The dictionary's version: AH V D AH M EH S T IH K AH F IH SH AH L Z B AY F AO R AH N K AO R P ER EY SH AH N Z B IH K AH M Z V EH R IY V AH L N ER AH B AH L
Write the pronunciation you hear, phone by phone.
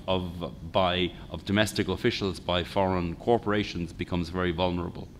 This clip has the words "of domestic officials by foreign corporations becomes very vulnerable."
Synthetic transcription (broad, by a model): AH V D AH M EH S T IH K AH F IH SH AH L Z B AY F AO R AH N K AO R P ER EY SH AH N Z B IH K AH M Z V EH R IY V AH L N ER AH B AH L